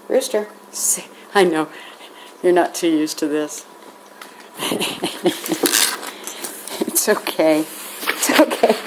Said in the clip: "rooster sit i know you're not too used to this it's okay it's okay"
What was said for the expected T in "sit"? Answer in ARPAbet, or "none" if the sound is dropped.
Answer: none